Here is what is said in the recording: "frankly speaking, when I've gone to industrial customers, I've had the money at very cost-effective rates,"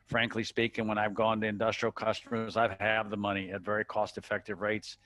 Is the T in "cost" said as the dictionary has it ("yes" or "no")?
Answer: yes